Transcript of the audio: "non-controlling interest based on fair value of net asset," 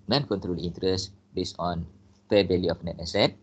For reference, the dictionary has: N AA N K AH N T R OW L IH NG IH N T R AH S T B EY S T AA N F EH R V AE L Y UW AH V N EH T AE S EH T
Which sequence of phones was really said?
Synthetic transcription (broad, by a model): N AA N K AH N T R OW L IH N T R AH S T B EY S AA N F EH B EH L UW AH F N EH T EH S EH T